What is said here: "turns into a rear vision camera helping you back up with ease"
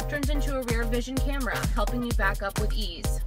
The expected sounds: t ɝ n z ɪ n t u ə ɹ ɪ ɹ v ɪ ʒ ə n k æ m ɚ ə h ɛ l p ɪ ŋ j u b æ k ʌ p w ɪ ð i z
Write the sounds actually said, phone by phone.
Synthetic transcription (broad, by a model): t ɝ n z ɪ n t u ə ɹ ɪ ɹ v ɪ ʒ ə n k æ m ɚ ə h ɛ l p ɪ ŋ j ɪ b æ k ʌ p w ɪ ð i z